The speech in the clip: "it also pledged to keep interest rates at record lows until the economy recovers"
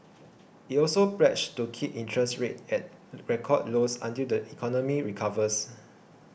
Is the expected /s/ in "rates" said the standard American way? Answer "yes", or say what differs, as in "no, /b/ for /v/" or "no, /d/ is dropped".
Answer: no, /s/ is dropped